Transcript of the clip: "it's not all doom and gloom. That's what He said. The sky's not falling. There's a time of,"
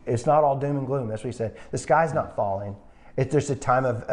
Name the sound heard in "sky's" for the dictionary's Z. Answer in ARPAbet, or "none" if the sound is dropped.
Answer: Z